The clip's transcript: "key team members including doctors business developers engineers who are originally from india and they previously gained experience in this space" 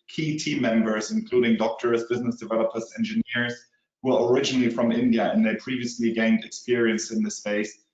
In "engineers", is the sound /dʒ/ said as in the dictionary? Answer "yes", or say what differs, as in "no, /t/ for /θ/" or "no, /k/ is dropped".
yes